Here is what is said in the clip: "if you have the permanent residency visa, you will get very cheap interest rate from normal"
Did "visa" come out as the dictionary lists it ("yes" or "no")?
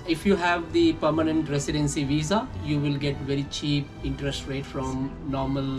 yes